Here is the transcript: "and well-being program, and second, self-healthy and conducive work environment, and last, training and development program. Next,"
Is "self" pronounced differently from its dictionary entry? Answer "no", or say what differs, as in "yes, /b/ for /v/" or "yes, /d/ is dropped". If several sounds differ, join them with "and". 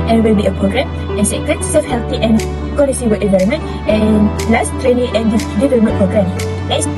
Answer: yes, /l/ is dropped